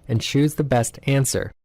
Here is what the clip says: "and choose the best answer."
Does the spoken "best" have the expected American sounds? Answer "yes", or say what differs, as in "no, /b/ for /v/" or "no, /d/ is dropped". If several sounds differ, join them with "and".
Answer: yes